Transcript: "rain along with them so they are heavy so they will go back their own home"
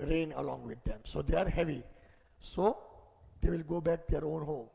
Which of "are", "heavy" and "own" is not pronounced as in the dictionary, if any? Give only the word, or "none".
none